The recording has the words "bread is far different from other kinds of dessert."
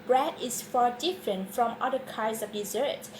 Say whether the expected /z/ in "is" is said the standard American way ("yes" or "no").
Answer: no